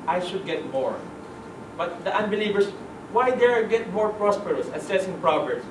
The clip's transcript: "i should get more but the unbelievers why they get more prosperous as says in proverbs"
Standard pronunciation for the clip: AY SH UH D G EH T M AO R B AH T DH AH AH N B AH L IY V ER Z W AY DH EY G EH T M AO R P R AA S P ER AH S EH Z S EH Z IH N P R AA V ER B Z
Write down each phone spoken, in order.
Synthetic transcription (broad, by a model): AY SH UH D G EH T M AO R B AH T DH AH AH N B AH L IY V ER S W AY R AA G EH T M AO R P R AA S P ER AH S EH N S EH S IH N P R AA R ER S